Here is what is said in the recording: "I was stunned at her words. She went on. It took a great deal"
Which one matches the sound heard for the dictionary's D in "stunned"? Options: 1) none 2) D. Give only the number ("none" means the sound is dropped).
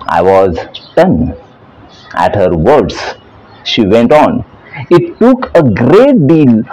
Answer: 1